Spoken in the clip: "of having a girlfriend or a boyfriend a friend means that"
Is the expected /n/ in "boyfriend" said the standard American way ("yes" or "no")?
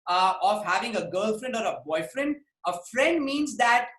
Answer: yes